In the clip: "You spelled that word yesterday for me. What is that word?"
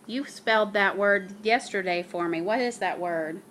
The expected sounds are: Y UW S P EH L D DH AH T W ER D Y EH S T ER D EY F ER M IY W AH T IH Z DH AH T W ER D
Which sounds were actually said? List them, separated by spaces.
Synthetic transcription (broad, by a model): Y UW S P EH L D DH AH T W ER D Y EH S T ER D EY F ER M IY W AH T IH Z DH AH T W ER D